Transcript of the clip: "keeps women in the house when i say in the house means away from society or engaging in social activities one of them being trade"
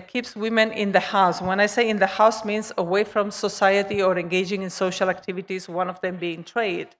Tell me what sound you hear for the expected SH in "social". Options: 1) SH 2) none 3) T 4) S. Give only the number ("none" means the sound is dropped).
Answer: 1